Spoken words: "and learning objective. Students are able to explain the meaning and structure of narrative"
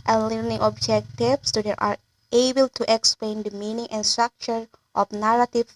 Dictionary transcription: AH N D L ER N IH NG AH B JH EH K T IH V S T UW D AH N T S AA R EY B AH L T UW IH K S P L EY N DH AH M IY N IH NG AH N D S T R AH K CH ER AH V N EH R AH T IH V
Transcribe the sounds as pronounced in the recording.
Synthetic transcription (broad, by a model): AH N L ER N IH NG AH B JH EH K T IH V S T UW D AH T AA R EY B AH L T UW IH K S P L EY N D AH M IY N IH NG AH N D S T R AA K CH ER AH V N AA R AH T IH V